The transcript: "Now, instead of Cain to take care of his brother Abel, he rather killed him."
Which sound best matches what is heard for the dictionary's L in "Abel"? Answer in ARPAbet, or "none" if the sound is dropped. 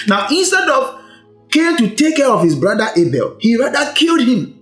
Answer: L